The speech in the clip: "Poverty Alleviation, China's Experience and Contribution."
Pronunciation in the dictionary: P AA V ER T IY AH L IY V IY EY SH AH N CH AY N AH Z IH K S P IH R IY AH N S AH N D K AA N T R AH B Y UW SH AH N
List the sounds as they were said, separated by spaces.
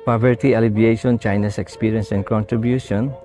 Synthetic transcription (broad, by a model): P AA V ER T IY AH L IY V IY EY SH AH N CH AY N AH S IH K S P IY R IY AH N S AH N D K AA N T R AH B Y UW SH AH N